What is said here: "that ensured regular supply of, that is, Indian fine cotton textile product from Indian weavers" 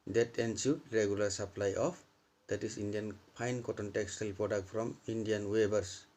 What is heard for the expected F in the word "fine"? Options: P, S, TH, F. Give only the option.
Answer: P